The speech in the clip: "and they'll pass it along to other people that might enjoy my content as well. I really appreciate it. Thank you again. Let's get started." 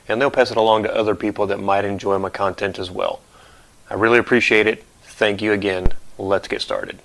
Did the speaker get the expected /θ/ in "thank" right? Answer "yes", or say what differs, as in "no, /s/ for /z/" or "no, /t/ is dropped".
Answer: yes